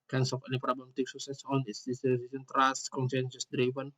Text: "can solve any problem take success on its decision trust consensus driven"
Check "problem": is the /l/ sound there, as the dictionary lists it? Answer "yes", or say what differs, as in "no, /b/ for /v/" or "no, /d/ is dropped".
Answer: no, /l/ is dropped